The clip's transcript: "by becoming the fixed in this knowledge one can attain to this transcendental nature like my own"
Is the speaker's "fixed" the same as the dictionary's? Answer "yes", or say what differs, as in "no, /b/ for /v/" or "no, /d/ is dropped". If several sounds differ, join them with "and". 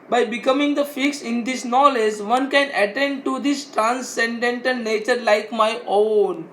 no, /t/ is dropped